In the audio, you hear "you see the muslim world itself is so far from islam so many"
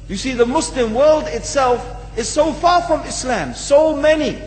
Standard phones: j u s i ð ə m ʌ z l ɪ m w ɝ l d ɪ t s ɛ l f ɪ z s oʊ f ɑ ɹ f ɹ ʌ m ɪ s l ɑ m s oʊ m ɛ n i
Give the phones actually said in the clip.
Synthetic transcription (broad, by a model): j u s i ð ə m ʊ s l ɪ m w ɝ l d ɪ t s ɛ l f ɪ z s oʊ f ɑ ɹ f ɹ ʌ m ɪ s l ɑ m s oʊ m ɛ n i